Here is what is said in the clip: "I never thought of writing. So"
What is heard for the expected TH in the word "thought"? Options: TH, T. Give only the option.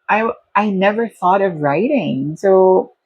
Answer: TH